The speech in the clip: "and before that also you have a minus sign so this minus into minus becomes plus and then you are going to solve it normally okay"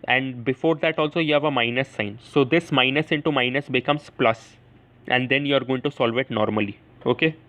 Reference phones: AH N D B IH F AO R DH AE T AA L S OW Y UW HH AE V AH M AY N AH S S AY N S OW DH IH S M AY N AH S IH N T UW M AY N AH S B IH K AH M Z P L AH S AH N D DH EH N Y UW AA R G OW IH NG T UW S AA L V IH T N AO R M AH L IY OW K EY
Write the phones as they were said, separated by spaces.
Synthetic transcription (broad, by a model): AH N D B IH F AO R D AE T AA L S OW Y UW HH AE V AH M AY N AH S S AY N S OW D IH S M AY N AH S IH N T UW M AY N AH S B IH K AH M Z P L AH S AH N D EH N Y UW AA R G OW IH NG T UW S AA L V IH T N AO R M AH L IY OW K EY